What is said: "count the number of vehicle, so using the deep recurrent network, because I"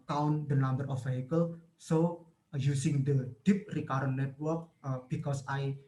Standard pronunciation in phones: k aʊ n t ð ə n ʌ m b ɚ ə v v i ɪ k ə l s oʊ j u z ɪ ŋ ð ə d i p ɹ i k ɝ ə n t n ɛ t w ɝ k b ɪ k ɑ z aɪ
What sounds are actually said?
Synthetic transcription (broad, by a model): k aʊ n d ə n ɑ m b ɚ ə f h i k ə l s oʊ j u s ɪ ŋ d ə d i p ɹ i k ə t n ɛ t w ɝ k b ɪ k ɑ s aɪ